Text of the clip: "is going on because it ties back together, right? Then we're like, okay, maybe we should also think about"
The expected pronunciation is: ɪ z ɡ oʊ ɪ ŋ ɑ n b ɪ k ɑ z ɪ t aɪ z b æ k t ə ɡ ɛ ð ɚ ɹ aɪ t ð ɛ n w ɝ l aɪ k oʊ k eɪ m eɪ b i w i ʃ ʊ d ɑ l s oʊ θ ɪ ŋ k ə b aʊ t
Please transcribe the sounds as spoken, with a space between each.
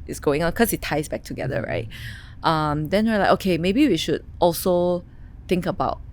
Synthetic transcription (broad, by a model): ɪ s ɡ oʊ ɪ ŋ ɑ n k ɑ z ɪ t aɪ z b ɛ k t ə ɡ ɛ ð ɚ ɹ aɪ t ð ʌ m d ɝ n aɪ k oʊ k eɪ m eɪ b i w i ʃ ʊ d ɑ l s oʊ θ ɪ ŋ k ə b aʊ t